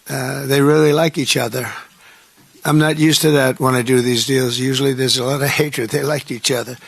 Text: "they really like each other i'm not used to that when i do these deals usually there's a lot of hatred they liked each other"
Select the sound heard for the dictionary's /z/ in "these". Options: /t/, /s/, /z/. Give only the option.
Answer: /z/